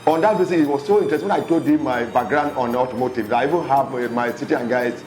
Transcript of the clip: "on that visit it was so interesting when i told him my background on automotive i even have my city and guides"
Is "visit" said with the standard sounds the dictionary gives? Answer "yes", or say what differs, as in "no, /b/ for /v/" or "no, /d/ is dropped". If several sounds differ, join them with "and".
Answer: no, /b/ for /v/